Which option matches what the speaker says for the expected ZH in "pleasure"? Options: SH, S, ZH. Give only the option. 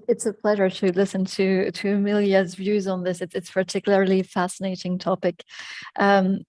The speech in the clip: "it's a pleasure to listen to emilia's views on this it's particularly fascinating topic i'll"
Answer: ZH